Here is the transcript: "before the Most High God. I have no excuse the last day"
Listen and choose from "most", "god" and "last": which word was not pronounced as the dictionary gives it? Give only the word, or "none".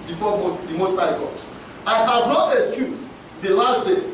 god